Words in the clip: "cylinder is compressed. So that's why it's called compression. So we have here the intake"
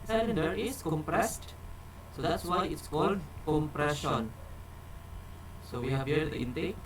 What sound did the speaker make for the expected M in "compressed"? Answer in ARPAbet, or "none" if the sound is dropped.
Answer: M